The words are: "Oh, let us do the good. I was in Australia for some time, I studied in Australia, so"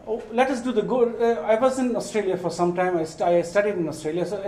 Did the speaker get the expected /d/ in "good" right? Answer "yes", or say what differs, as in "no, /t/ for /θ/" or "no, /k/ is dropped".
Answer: no, /d/ is dropped